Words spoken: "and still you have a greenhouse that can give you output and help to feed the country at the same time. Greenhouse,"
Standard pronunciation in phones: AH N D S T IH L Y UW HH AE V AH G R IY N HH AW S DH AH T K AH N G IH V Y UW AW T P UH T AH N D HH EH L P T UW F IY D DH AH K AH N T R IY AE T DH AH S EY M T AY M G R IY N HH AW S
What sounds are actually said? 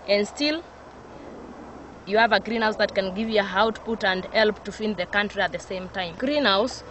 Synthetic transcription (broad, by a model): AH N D S T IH L Y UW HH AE V AH G R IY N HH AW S DH AH T K AH N G IH V Y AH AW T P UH T AH N D HH EH L P T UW F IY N DH AH K AH N T R IY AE T DH AH S EY M T AY M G R IY N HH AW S